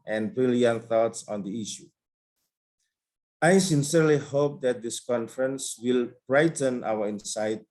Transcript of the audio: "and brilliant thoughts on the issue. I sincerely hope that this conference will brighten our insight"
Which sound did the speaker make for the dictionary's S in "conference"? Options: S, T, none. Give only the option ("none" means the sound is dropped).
S